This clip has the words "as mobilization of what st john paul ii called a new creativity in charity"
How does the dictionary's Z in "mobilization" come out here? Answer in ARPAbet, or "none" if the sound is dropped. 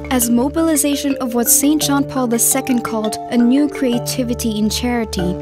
Z